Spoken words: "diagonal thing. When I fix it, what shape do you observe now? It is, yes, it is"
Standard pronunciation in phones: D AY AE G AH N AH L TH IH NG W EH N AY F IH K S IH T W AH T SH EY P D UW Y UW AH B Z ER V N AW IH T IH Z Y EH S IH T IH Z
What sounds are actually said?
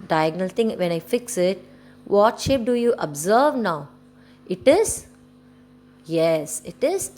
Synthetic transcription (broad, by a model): D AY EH G N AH L T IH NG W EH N AY F IH K S IH T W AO T SH EY P D UW Y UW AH B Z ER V N AW IH T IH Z Y EH S IH T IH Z